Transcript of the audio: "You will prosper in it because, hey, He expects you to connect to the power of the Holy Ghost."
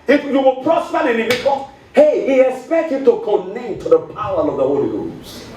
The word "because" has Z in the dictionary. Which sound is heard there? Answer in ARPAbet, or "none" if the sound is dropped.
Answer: none